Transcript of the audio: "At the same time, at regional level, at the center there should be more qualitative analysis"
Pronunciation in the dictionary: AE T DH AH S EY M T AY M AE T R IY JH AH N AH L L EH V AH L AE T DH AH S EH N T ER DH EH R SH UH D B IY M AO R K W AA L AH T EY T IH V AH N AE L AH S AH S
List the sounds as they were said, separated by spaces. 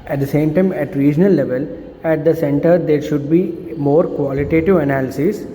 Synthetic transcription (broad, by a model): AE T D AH S EY M T AY M AE T R IY JH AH N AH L L EH V AH L AE T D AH S EH N T ER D EH R SH UH D B IY M AO R K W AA L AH T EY T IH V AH N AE L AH S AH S